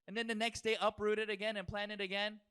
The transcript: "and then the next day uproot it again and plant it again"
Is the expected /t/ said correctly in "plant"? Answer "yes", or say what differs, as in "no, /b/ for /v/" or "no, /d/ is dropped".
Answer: no, /t/ is dropped